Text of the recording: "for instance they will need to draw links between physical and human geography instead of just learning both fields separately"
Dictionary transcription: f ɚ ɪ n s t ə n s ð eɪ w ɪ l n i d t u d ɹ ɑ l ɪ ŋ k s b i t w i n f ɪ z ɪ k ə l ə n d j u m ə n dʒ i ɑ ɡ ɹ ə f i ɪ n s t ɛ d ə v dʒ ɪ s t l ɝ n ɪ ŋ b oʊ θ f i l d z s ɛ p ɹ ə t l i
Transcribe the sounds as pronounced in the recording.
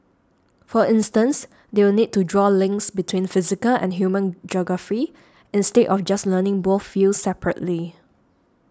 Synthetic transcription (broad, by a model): f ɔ ɪ n s t ə n s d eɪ w ɪ l n i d t u d ɹ ɑ l ɪ ŋ k s b i t w i n f ɪ z ɪ k ə l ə n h j u m ə n dʒ ɑ ɡ ɹ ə f i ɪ n s t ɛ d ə f dʒ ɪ s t l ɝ n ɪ ŋ b oʊ θ f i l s s ɛ p ɹ ə t l i